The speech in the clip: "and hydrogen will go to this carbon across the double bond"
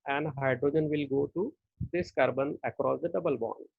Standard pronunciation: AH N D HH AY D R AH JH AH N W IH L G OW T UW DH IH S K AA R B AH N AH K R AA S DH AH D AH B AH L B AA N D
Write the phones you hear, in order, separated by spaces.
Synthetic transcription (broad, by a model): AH N D HH AY D R AH JH AH N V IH L G OW T UW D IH S K AA R B AH N AH K R AA S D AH D AH B AH L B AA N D